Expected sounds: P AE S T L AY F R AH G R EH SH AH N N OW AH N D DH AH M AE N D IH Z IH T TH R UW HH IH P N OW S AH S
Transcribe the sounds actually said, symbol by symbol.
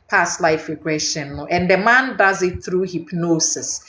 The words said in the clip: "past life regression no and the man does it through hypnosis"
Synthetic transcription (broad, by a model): P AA S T L AY F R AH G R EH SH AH N L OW AH N D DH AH M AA N D IH Z IH T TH R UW HH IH P N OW S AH S